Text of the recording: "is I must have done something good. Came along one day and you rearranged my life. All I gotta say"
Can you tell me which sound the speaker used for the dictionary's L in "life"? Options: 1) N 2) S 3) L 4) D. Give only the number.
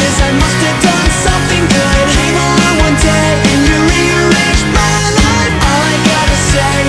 1